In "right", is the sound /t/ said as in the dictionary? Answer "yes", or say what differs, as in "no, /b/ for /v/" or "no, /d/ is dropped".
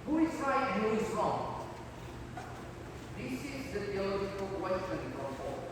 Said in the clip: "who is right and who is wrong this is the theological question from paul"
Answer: no, /t/ is dropped